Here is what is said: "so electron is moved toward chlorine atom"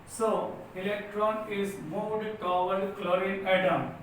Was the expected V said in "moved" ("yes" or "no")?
no